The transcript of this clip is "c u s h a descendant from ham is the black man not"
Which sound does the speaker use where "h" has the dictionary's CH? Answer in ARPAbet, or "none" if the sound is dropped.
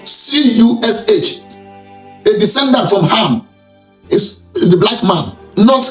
CH